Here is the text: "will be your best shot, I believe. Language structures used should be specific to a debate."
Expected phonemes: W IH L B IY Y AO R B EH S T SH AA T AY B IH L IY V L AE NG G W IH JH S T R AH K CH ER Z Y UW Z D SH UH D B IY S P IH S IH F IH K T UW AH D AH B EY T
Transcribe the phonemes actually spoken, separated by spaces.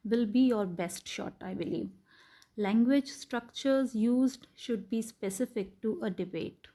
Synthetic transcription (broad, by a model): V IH L B IY Y AO R B EH S T SH AA T AY B IH L IY V L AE NG G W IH JH S T R AH K CH ER Z Y UW Z D SH UH D B IY S P IH S IH F IH K T UW AH D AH B EY T